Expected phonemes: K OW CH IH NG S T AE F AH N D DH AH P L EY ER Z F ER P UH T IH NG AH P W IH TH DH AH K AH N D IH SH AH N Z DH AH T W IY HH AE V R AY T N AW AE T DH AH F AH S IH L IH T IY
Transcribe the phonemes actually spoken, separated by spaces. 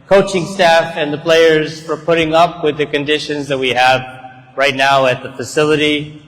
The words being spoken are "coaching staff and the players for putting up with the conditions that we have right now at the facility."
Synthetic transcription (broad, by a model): K OW CH IH NG S T AE F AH N DH AH P L EY ER Z F ER P UH T IH NG AH P W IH DH AH K AH N D IH SH AH N Z DH AH T W IY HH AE V R AY T N AW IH T DH AH F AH S IH L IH T IY